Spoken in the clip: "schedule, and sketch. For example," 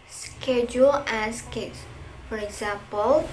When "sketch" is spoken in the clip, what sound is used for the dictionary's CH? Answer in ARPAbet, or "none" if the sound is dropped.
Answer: S